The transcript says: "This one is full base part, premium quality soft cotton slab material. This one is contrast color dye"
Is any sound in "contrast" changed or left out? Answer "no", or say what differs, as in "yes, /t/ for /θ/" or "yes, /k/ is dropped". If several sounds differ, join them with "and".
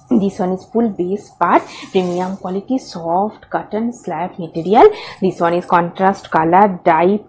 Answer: no